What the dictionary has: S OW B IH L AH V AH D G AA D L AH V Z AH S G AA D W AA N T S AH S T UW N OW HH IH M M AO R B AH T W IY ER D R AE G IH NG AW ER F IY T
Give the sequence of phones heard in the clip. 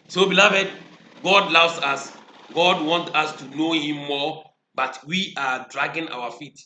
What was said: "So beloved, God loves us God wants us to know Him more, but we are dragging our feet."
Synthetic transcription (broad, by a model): S OW B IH L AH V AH D G AA D L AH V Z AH S G AA D W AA N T AH S T UW N OW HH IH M M AO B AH T W IY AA D R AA G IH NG AW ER F IY T